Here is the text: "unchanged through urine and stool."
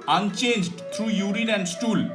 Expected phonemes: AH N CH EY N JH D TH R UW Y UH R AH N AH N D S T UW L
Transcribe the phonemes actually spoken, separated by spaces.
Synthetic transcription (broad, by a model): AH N CH EY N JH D T R UW Y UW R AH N AH N D S T UW L